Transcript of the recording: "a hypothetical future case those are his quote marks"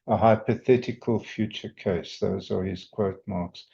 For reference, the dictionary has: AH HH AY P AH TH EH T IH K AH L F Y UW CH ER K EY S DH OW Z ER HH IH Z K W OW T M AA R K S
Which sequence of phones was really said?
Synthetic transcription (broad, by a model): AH HH AY P AH TH EH T IH K AH L F Y UW CH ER K EY S DH OW Z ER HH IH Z K W OW T M AA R K S